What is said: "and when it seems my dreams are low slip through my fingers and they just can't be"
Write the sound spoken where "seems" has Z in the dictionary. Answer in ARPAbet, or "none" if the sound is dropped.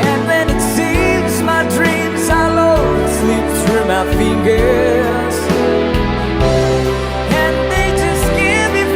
Z